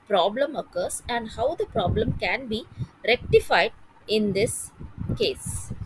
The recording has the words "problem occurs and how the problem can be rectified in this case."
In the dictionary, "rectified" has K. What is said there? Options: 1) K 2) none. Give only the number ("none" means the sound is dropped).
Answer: 1